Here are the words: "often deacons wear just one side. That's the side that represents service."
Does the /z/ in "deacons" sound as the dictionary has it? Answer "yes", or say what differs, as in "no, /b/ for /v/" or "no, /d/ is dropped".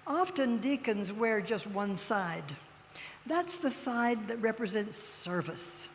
yes